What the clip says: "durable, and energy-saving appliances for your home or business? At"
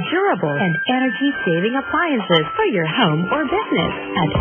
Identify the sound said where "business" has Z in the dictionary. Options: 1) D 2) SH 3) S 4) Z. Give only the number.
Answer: 4